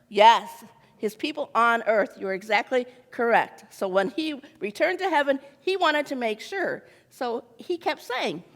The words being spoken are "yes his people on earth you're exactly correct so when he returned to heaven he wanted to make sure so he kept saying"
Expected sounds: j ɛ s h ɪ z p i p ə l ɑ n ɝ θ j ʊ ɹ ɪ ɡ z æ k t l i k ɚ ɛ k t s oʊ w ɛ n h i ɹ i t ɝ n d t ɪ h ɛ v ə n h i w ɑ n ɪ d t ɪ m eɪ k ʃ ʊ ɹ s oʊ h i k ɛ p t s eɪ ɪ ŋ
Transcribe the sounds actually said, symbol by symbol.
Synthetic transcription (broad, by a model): j ɛ s h ɪ z p i p l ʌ n ɝ θ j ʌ ɹ ɪ ɡ z æ k t l i k ɚ ɛ k t s oʊ w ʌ n i ɹ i t ɝ n t ɪ h ɛ v ə n i w ɑ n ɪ d t ɪ m eɪ k ʃ ʊ ɹ s oʊ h i k ɛ p t s eɪ ɪ ŋ